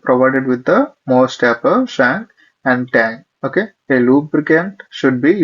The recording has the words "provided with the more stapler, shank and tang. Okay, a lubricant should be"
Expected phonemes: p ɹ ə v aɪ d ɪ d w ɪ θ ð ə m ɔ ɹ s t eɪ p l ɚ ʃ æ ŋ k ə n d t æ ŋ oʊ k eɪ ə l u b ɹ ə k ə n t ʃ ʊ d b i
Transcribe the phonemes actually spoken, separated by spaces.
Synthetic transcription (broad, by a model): p ɹ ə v aɪ d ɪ d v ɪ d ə m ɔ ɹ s t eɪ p ɚ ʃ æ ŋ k ə n d t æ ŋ oʊ k eɪ ə l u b ɹ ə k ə n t ʃ ʊ d b i